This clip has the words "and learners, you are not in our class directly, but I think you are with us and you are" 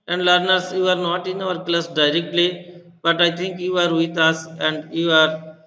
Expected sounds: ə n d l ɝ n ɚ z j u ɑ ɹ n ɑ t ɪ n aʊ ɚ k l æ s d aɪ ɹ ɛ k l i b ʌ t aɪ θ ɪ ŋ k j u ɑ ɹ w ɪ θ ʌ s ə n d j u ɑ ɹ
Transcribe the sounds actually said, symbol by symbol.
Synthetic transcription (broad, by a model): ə n d l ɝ n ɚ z j u ɑ ɹ n ɑ t ɪ n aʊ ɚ k l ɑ s d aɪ ɹ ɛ k l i b ʌ t aɪ t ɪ ŋ k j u ɑ ɹ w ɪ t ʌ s ə n d j u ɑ ɹ